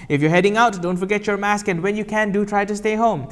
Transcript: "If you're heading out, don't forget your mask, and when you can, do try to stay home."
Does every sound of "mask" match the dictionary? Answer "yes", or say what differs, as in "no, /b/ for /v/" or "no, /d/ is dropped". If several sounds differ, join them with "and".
yes